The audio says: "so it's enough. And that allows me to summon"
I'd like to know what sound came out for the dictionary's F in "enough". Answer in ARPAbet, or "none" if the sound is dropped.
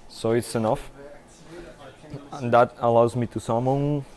F